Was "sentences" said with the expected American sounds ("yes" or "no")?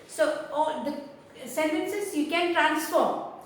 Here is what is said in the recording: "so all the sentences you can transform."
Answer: no